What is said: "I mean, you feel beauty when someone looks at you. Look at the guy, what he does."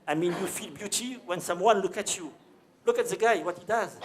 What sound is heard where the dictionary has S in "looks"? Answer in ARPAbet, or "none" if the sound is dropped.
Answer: none